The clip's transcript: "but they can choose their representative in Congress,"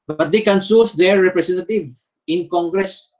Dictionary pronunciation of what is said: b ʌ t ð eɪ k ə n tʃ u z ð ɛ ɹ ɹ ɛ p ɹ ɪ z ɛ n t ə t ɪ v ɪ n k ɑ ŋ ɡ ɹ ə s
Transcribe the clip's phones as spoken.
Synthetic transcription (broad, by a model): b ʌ t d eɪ k ə n s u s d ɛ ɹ ɹ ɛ p ɹ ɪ s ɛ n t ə t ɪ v ɪ n k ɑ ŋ ɡ ɹ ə s